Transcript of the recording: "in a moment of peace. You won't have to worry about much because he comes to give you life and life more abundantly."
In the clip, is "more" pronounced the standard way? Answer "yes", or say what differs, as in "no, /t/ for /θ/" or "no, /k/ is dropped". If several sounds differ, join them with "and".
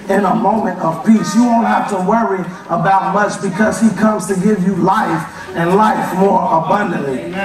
yes